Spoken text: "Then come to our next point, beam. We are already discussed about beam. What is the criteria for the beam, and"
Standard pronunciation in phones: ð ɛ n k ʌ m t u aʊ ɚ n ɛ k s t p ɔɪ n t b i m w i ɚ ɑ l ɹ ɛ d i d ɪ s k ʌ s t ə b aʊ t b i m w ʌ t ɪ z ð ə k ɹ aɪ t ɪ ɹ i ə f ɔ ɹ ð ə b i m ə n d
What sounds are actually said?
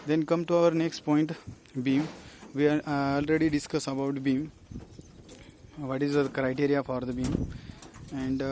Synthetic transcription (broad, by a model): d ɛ n k ʌ m t u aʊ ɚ n ɛ k s t p ɔɪ n t b i m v i ɑ l ɹ ɛ d i d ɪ s k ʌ s ə b aʊ t b i m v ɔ t ɪ z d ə k ɹ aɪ t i ɹ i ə f ɔ ɹ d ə b i m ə n d